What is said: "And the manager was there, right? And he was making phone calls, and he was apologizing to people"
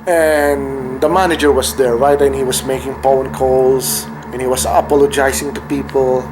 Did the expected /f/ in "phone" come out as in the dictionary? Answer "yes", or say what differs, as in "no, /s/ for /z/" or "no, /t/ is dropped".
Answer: no, /p/ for /f/